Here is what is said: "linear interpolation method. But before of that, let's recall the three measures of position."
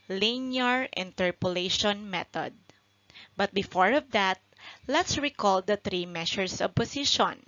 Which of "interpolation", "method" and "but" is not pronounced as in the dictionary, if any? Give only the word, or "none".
method